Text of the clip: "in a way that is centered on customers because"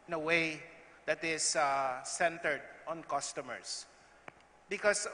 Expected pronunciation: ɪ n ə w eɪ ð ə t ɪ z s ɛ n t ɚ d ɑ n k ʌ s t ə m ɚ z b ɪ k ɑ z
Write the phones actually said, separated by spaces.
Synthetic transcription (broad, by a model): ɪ n ə w eɪ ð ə t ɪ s s ɛ n t ɚ d ɑ n k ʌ s t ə m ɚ s b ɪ k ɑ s